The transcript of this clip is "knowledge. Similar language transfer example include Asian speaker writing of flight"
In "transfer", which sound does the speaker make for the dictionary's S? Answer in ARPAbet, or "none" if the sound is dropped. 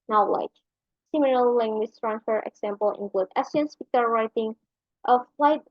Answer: none